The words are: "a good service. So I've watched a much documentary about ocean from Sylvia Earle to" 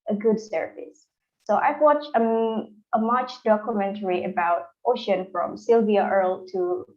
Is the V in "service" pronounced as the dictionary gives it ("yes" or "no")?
no